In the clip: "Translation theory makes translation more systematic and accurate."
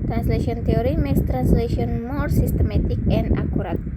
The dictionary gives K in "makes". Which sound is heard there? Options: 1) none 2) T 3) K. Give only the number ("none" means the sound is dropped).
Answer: 1